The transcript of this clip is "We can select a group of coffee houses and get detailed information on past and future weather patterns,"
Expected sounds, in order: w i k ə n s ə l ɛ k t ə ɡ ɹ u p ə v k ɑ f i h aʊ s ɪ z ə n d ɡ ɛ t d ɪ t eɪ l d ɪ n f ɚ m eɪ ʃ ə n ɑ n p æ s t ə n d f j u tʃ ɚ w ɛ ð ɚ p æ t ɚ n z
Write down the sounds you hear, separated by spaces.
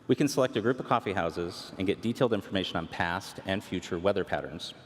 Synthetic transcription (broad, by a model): w i k ə n s ə l ɛ k t ə ɡ ɹ u p ə v k ɑ f i h aʊ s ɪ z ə n ɡ ɛ t d ɪ t eɪ l d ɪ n f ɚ m eɪ ʃ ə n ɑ n p æ s t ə n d f j u tʃ ɚ w ɛ ð ɚ p æ t ɚ n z